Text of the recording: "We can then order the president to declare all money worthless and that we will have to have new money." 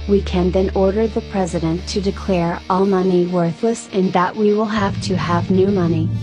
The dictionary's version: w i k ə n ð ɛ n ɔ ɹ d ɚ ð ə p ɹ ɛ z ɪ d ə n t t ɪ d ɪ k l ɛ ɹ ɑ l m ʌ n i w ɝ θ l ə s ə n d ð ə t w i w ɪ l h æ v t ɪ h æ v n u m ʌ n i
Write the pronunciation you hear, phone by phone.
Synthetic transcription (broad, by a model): w i k ə n ð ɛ n ɔ ɹ d ɚ ð ə p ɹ ɛ z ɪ d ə n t t ɪ d ɪ k l ɛ ɹ ɑ l m ʌ n i w ɝ θ l ə s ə n ð ə t w i w ɪ l h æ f t ɪ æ v n u m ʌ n i